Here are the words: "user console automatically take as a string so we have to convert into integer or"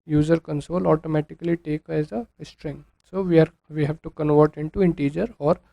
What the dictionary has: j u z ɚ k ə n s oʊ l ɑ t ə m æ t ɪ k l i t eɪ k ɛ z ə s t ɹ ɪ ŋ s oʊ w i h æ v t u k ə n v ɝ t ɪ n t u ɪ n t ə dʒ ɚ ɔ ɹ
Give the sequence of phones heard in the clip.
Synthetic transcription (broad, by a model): j u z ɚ k ə n s oʊ l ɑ t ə m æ t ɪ k l i t eɪ k ɛ z ə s t ɹ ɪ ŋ s oʊ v i h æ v t u k ə n v ɝ t ɪ n t u ɪ n t ə dʒ ɚ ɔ ɹ